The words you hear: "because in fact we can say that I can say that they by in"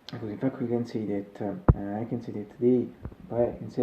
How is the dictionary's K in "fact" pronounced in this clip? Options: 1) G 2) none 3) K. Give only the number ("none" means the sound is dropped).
3